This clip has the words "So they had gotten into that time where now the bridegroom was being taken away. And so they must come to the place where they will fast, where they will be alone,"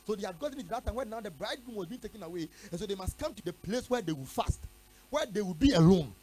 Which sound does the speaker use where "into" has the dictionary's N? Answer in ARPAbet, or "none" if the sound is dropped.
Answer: none